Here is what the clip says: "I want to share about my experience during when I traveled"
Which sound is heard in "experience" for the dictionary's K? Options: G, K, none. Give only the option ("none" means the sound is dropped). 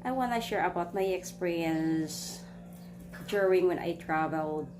K